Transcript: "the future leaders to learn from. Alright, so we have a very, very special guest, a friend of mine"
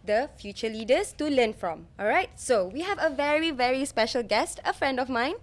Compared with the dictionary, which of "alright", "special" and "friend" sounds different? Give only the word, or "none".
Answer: none